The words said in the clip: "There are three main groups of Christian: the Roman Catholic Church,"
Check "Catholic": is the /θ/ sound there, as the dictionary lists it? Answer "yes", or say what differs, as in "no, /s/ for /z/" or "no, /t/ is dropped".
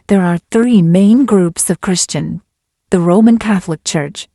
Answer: yes